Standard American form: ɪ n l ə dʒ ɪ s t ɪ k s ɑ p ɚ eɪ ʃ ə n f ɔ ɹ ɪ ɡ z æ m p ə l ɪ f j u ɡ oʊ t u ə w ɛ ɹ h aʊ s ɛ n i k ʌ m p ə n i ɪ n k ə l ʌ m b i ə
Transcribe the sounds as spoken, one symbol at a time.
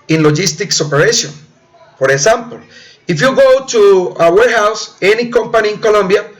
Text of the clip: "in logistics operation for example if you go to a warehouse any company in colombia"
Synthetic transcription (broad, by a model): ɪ n l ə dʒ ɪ s t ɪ k s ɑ p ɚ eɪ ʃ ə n p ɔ ɹ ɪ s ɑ m p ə l ɪ f j u ɡ oʊ t u ə w ɛ ɹ h aʊ s ɛ n i k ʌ m p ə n i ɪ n k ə l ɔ m b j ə